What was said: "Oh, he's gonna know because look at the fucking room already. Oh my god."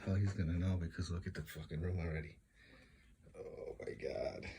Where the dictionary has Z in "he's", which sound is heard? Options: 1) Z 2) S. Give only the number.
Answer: 1